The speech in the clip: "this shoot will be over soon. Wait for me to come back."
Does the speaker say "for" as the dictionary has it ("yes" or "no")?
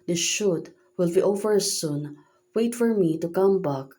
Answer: yes